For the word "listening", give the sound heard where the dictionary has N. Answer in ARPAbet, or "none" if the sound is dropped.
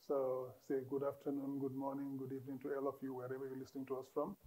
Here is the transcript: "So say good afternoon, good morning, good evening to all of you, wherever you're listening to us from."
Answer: N